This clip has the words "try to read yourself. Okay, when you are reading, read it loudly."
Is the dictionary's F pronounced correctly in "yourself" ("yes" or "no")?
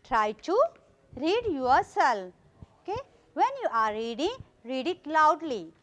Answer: no